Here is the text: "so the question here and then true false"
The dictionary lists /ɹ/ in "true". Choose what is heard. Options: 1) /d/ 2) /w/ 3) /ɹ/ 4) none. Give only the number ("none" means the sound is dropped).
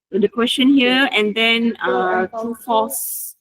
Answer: 4